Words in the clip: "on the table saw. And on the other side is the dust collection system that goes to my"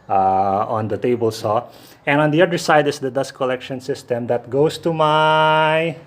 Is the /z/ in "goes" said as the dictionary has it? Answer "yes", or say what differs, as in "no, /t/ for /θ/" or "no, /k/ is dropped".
no, /s/ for /z/